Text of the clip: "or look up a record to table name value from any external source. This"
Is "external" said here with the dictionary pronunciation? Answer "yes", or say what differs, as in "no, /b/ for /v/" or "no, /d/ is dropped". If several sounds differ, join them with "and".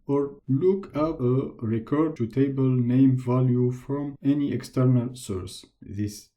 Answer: yes